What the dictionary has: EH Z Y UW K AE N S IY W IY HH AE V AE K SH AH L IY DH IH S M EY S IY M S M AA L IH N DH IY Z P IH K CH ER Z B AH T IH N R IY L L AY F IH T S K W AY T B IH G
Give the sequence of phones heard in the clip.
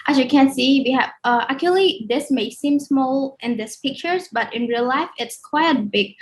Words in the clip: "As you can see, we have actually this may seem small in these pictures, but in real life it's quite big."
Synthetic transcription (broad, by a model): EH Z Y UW K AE N S IY W IY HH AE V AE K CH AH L IY DH IH S M EY S IY M S M AA L IH N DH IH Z P IH K CH ER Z B AH T IH N R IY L L AY F IH T S K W AY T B IH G